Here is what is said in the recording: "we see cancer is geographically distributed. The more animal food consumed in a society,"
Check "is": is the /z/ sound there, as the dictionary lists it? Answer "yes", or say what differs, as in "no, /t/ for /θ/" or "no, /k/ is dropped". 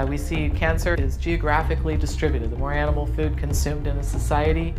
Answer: yes